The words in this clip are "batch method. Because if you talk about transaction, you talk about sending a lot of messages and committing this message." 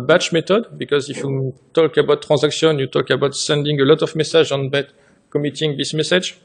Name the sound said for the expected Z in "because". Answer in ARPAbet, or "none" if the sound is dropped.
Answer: Z